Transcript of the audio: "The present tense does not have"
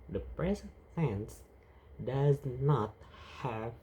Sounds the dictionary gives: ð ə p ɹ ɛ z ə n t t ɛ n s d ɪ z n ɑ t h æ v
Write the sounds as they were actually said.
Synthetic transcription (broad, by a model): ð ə p ɹ ɛ z ə n t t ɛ n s d ɪ z n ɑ t h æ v